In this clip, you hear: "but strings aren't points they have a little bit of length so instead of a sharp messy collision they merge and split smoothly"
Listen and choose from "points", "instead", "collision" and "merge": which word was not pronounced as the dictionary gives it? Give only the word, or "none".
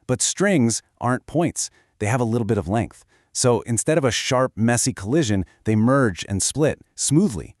none